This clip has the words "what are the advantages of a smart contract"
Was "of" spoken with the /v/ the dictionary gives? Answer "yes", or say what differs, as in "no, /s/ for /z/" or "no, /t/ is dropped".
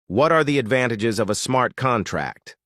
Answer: yes